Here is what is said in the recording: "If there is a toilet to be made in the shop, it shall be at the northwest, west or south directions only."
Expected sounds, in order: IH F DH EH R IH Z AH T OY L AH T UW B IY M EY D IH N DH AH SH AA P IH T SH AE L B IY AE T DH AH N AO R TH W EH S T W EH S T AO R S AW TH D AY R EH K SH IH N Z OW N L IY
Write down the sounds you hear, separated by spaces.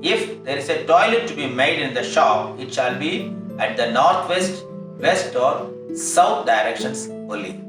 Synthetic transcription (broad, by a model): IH F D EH R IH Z AH T OY L AH T UW B IY M EY D IH N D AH SH AA P IH T SH AE L B IY AE T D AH N AO R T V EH S T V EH S T AO R S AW T D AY R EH K SH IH N S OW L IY